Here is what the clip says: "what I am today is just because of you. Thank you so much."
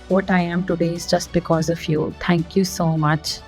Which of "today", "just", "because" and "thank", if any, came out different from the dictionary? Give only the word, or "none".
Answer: thank